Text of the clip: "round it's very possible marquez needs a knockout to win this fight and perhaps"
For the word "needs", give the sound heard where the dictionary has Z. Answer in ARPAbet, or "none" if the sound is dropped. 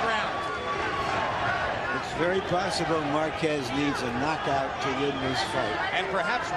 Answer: Z